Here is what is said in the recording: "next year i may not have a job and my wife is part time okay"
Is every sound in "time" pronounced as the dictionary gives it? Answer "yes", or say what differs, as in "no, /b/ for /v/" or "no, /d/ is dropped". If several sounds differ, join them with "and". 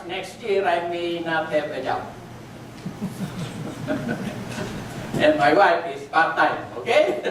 no, /m/ is dropped